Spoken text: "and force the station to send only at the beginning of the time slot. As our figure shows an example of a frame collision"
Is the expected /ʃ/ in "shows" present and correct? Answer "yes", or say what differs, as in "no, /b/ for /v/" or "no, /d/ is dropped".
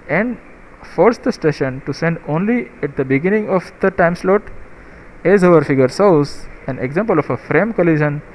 no, /s/ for /ʃ/